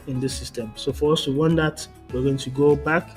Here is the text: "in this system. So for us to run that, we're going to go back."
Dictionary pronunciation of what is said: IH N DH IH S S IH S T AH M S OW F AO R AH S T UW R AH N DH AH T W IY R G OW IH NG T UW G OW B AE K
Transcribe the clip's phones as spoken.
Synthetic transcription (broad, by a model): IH N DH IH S S IH S T AH M S OW F AO R AH S T UW W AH N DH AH T W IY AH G OW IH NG T UW G OW B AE K